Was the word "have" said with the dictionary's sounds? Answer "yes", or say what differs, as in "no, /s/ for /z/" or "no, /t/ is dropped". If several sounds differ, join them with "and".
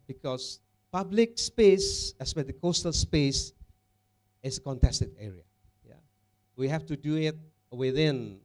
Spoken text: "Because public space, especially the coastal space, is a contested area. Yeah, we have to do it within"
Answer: no, /f/ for /v/